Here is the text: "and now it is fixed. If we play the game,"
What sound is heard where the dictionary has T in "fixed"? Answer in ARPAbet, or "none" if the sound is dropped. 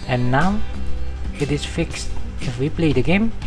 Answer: T